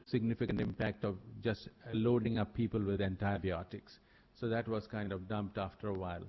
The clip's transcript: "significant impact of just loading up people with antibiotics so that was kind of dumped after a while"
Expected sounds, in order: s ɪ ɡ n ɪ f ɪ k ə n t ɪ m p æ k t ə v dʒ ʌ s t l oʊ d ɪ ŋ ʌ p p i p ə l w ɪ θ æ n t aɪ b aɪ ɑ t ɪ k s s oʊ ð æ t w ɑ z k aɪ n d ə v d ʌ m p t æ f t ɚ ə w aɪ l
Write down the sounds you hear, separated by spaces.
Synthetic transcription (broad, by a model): s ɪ ɡ n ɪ f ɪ k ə n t ɪ m p æ k t ə v dʒ ʌ s t l oʊ d ɪ ŋ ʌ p p i p ə l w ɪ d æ n t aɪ b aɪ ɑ t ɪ k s s oʊ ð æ t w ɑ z k aɪ n d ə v d ʌ m p t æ f t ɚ ə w aɪ l